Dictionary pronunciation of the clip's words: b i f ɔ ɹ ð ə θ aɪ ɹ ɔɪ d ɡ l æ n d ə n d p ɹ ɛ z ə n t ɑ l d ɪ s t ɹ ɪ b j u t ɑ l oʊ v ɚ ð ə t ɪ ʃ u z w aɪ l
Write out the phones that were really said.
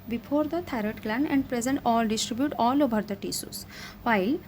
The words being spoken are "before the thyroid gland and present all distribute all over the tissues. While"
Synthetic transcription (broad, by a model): b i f ɔ ɹ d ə t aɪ ɹ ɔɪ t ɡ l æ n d ə n d p ɹ ɛ z ə n t ɑ l d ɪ s t ɹ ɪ b j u t ɑ l oʊ v ɚ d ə t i s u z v aɪ l